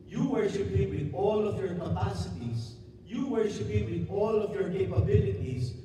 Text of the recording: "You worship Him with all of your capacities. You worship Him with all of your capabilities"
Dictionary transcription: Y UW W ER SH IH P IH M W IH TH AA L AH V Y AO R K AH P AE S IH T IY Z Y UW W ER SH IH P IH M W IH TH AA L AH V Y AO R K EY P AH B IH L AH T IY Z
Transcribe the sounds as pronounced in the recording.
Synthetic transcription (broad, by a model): Y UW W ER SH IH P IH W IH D AA L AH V Y AO R K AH P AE S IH T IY S Y UW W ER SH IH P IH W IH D AA L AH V Y AO R K EY P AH B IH L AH T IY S